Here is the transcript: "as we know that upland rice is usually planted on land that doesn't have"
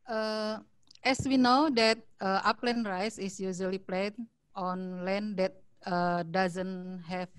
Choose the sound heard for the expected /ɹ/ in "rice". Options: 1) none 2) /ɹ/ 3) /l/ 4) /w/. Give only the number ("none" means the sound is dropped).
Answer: 2